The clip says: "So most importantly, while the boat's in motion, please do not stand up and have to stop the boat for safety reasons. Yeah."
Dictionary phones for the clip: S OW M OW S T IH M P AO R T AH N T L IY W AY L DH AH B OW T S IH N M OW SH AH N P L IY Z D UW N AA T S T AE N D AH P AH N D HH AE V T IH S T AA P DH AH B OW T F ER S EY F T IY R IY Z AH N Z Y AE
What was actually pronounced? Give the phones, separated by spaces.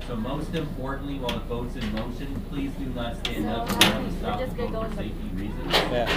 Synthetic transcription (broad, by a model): S OW M OW S T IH M P AO R T N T L IY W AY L DH AH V OW T S IH N M OW SH AH N P L IY Z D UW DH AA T S T AE N D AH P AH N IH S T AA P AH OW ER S EY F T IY R IY Z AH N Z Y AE